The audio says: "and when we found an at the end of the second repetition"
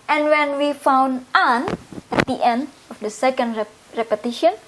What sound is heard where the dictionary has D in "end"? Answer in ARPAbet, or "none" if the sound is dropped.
D